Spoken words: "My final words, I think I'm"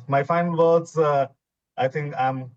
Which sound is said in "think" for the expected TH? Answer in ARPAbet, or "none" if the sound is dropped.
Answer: T